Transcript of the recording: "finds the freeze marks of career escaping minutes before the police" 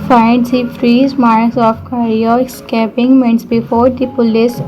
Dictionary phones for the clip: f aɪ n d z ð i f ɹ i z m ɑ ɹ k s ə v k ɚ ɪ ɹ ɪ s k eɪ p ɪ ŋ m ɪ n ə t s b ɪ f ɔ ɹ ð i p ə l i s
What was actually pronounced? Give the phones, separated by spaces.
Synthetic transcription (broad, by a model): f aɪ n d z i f ɹ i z m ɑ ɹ s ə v k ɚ ɹ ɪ s k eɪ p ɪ ŋ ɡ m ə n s b ɪ f ɔ ɹ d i p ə l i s